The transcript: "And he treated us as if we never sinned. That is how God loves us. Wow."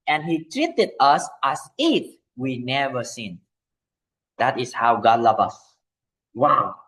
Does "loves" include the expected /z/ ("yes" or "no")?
no